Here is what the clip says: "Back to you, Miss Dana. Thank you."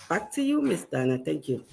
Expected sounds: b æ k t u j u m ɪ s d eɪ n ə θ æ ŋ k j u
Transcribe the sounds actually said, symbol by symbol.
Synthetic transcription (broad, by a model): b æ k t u j u m ɪ s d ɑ n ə t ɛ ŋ k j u